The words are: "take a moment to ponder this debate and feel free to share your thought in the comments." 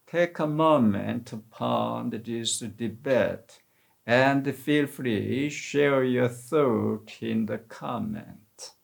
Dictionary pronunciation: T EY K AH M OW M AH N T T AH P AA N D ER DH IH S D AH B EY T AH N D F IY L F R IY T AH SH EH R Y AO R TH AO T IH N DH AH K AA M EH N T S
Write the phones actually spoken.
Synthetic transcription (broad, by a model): T EY K AH M OW M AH N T T AH P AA N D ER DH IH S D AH B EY T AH N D F IY L F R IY SH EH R Y AO R TH AO T IH N DH AH K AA M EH N T